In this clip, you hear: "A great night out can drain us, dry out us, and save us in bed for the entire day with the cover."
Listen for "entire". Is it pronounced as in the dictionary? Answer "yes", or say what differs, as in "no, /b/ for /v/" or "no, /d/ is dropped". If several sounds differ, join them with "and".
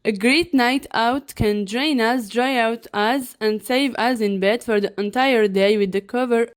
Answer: yes